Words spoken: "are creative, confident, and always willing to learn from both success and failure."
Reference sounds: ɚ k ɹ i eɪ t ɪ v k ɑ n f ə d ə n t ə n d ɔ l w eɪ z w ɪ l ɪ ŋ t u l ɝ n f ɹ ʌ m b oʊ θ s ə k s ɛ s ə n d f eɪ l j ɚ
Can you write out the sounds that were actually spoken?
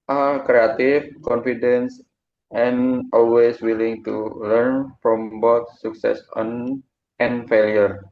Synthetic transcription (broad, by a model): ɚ k ɹ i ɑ t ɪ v k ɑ n f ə d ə n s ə n ɔ l w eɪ s w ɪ l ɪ ŋ t u l ɝ n f ɹ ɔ m b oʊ t s ə k s ɛ s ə n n f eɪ l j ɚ